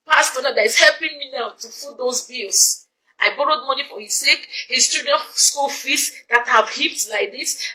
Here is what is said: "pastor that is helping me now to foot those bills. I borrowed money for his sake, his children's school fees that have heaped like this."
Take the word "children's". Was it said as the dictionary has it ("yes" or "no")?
no